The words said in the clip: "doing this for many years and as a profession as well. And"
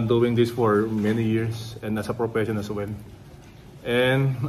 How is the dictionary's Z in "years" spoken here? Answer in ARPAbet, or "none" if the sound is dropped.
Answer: S